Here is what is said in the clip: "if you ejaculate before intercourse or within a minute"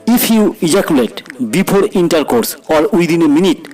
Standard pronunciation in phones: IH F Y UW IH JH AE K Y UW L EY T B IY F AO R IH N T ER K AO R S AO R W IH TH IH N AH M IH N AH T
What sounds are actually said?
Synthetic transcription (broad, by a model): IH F Y UW IH JH AE K Y UW L EY T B IY P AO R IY N T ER K AO R S AO R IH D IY N AH M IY N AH T